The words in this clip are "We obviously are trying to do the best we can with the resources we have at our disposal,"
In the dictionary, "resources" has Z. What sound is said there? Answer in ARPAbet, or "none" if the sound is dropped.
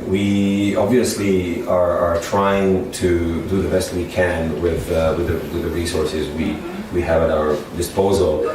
Z